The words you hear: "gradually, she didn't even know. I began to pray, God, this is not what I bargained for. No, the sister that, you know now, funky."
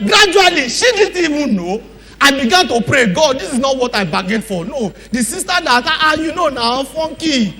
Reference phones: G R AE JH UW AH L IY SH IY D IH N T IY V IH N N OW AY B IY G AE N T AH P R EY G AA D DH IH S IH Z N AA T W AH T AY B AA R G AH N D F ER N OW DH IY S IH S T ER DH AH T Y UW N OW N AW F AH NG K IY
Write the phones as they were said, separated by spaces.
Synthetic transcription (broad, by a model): G R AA JH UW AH L IY SH IY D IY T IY W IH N N OW AY B IY G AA N T AH P R EY G AA D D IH S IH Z N AA T W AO T AY B AA G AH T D F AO N OW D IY S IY S T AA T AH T Y UW N OW N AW F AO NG K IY